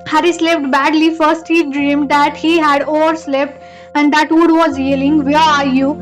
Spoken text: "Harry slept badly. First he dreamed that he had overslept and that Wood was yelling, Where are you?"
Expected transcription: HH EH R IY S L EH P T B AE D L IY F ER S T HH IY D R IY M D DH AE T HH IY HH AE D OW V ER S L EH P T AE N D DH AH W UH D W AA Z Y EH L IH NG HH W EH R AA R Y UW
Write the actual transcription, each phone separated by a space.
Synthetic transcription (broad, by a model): HH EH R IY S L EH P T B AE D L IY F ER S T HH IY D R IY M D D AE T HH IY HH AE D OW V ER S L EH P T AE N D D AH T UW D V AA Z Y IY L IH NG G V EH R AA R Y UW